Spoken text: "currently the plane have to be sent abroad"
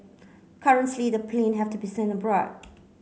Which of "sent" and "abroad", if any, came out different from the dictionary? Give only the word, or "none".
sent